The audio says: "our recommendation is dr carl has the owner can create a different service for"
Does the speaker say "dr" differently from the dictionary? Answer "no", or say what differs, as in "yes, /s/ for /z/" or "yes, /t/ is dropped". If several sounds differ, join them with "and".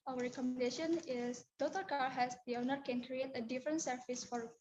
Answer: yes, /k/ is dropped